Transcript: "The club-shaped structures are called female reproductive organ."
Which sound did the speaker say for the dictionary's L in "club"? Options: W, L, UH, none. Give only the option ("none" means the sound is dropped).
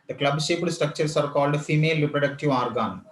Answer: L